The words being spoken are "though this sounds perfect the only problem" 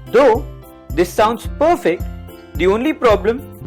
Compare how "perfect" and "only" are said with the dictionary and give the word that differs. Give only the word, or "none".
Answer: none